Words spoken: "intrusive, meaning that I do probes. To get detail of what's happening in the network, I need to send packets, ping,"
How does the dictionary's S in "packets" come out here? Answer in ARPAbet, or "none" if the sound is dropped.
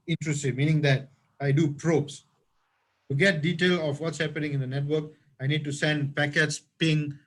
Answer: S